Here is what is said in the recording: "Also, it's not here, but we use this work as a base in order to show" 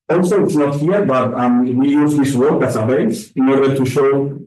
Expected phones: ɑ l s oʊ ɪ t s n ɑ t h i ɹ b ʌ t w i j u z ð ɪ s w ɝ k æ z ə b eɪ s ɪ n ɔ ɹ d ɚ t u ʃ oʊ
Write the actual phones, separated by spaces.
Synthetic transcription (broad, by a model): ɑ l s oʊ ɪ t s n ɑ t h i ɹ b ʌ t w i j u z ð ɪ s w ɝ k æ s ə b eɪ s ɪ n ɔ ɹ d ɚ t u ʃ oʊ